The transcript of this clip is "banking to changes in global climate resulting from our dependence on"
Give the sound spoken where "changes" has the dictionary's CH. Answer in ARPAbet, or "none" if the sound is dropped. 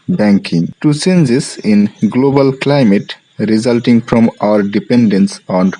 S